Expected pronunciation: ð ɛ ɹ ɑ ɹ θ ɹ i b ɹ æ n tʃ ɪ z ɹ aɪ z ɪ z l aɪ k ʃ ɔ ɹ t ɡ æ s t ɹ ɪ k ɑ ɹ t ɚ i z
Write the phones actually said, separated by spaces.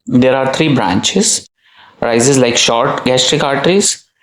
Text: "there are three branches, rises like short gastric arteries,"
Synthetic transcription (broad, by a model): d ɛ ɹ ɑ ɹ t ɹ i b ɹ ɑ n tʃ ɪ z ɹ aɪ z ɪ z l aɪ k ʃ ɔ ɹ t ɡ æ s t ɹ ɪ k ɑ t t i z